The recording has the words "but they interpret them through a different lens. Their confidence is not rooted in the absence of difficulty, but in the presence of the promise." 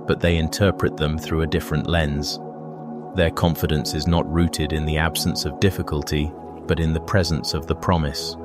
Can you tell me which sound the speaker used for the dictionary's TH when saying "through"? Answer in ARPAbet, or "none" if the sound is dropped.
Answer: TH